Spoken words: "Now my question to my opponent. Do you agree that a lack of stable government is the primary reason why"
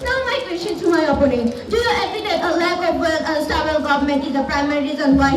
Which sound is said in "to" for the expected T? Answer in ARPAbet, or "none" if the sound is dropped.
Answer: S